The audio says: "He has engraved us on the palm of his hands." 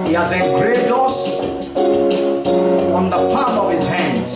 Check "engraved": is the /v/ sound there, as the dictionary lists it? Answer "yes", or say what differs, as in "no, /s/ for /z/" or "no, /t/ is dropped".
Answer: no, /v/ is dropped